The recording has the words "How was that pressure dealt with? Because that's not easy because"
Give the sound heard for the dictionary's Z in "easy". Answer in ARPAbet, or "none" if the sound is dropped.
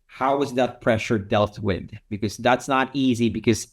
Z